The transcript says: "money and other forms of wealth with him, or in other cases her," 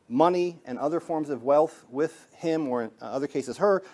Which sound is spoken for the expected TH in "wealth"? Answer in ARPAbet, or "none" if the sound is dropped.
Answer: TH